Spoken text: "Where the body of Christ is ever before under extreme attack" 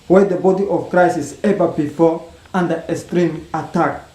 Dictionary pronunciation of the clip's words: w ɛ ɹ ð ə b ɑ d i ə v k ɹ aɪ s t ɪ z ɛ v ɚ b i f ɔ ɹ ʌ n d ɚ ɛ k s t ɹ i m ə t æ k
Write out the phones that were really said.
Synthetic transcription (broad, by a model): w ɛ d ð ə b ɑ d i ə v k ɹ aɪ s ɪ s ɛ v ɚ b i f ɔ ɹ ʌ n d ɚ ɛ s t ɹ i m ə t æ k